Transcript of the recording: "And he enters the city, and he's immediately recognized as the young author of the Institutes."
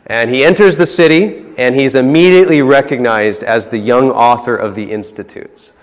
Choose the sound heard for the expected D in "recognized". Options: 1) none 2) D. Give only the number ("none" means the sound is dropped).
2